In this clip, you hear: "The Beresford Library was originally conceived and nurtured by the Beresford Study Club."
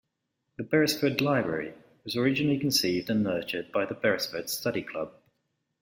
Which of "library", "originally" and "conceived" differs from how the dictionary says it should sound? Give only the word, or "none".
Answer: none